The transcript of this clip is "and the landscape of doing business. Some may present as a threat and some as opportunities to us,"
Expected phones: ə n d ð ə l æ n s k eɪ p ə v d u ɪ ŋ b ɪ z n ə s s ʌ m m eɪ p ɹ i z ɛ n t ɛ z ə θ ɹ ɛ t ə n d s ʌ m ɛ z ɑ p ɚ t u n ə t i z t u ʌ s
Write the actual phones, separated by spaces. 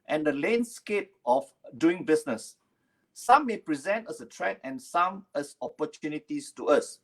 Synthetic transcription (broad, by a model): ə n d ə l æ n s k eɪ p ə f d u ɪ ŋ b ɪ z n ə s s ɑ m m eɪ p ɹ i z ɛ n t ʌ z ə t ɹ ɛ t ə n s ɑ m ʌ s ɑ p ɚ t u n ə t i s t u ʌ s